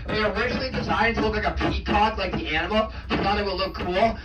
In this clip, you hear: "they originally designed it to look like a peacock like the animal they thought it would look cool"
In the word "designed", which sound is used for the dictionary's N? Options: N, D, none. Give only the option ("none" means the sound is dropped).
none